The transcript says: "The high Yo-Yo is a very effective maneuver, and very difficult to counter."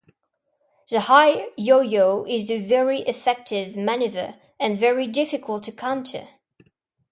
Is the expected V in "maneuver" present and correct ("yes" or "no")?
yes